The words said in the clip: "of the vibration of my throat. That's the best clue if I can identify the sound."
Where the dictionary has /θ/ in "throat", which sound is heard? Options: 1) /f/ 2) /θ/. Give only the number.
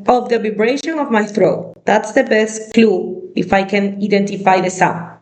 2